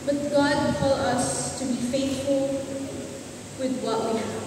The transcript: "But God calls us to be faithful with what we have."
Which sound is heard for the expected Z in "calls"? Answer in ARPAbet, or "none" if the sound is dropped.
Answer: none